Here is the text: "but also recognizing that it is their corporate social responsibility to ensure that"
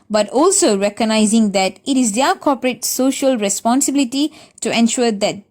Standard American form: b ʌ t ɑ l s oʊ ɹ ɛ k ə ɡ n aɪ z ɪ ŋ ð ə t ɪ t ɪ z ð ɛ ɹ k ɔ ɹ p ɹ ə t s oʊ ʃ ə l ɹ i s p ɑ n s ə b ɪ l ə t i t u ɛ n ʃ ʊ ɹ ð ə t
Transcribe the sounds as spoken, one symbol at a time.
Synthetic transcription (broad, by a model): b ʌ t ɑ l s oʊ ɹ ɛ k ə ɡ n aɪ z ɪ ŋ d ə t ɪ t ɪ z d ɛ k ɔ p ɹ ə t s oʊ ʃ ə l ɹ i s p ɑ n s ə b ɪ l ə t i t u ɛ n ʃ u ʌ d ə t